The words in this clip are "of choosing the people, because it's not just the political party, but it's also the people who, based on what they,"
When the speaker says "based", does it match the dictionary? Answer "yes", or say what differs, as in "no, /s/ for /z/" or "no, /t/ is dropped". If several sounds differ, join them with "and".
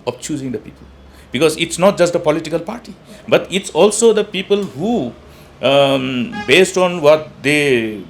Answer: yes